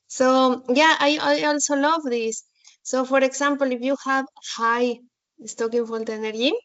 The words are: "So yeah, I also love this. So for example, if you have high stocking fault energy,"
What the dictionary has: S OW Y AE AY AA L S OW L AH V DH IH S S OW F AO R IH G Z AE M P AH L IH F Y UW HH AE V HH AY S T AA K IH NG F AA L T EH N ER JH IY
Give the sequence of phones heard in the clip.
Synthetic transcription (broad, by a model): S OW Y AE AY AA L S OW L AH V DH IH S S OW F AO R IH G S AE M P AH L IH F Y UW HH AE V HH AY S T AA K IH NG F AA N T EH N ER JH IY